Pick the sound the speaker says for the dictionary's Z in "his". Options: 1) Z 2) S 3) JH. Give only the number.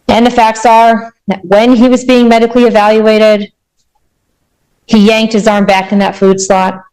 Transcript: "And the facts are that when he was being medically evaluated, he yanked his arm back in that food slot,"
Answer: 1